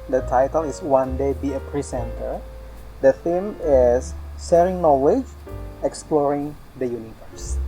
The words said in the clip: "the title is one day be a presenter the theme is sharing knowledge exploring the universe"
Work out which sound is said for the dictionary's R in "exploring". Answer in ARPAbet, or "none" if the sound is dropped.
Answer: R